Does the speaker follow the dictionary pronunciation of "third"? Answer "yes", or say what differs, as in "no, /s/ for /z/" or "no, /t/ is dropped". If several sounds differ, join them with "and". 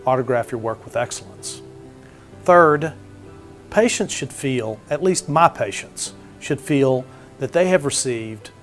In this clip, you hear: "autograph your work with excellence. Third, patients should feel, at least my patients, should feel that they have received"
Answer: yes